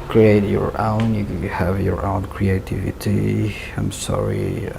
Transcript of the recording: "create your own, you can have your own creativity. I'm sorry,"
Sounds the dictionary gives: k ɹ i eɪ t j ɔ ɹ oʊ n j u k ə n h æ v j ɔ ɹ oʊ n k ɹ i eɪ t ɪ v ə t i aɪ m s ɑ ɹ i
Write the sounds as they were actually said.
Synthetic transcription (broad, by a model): k ɹ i eɪ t j ɔ ɹ oʊ n j u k h æ v j ɔ ɹ oʊ n k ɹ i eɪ t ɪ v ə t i aɪ m s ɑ ɹ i